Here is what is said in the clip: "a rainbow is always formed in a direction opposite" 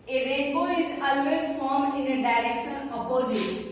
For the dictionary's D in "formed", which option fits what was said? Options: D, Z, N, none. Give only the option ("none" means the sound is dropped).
none